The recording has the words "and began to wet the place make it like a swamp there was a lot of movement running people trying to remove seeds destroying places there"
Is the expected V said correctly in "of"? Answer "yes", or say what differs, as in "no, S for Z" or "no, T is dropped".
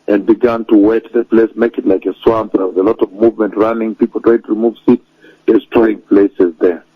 yes